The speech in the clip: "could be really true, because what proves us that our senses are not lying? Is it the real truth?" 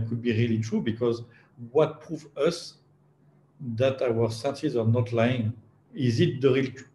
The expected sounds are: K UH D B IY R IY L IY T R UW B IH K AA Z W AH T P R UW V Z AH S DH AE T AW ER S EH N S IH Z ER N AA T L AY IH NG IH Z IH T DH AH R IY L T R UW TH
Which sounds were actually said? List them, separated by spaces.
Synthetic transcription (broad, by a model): K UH D B IY R IY L IY T R UW B IH K AA Z W AH T P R UW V AH S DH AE T AW ER S EH N S IH Z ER N AA T L AY IH NG IH Z IH T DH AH R IY L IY